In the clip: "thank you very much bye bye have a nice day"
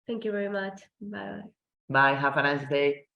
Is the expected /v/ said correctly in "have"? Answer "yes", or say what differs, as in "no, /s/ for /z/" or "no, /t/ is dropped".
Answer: no, /f/ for /v/